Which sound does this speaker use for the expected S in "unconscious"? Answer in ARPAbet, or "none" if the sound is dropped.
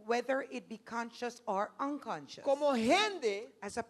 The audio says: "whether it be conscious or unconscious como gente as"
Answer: none